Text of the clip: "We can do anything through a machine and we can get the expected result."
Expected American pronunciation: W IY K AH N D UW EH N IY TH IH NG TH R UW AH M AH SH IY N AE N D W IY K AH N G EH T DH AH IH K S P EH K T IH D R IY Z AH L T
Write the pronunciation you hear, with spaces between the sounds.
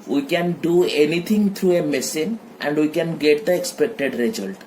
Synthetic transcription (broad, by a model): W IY K AH N D UW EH N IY T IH NG T R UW AH M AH S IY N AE N D W IY K AH N G EH T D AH IH K S P EH K T IH D R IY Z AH L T